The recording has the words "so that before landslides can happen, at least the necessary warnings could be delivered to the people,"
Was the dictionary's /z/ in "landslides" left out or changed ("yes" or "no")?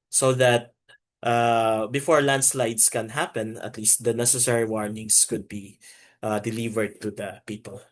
yes